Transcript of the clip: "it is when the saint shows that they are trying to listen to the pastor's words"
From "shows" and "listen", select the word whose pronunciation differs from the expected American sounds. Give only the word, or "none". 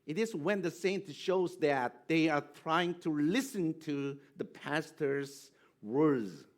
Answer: none